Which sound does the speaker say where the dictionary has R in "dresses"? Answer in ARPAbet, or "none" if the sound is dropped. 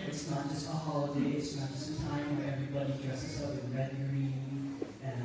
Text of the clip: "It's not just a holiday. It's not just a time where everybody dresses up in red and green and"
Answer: R